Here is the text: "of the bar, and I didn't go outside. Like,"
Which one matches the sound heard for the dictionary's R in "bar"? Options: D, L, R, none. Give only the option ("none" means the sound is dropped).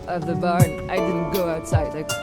R